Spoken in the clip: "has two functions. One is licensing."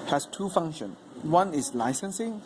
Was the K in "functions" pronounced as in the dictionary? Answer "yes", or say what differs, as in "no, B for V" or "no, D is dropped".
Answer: no, K is dropped